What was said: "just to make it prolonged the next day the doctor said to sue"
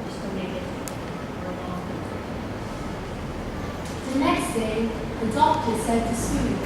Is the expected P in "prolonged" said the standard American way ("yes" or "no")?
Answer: no